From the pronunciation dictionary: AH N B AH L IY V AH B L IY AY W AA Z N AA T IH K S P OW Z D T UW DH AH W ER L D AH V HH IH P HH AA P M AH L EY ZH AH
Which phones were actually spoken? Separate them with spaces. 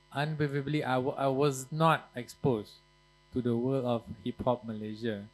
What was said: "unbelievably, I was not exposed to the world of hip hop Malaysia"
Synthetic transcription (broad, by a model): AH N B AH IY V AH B L IY AY W AA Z N AA T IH K S P OW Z T UW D AH W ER L AH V HH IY P HH AA P M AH L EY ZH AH